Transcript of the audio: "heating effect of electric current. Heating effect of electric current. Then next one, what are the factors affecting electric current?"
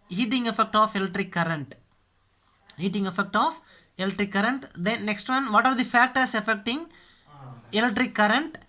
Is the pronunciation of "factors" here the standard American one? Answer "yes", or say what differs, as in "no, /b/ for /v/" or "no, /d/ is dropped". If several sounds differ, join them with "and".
no, /s/ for /z/